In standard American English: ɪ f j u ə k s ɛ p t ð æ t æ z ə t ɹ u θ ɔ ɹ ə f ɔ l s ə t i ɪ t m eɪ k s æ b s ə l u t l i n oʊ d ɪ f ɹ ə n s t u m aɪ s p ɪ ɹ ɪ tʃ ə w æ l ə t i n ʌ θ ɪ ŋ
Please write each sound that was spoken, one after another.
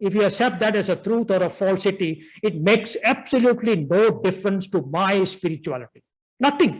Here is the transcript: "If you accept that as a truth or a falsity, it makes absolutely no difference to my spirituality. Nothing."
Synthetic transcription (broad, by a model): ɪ f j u ə k s ɛ p t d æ t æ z ə t ɹ u t ɔ ɹ ə f ɔ l s ə t i ɪ t m eɪ k s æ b s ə l u t l i n oʊ d ɪ f ɹ ə n s t u m aɪ s p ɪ ɹ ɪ tʃ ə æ l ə t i n ʌ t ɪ ŋ